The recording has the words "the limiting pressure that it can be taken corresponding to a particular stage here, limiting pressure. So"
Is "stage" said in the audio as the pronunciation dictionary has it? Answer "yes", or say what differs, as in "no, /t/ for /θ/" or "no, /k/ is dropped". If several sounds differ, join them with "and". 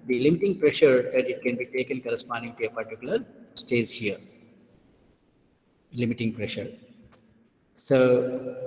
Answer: no, /z/ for /dʒ/